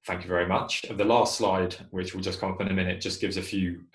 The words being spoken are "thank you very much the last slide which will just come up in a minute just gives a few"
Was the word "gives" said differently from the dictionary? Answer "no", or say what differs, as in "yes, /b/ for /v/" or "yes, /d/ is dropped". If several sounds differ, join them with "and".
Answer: no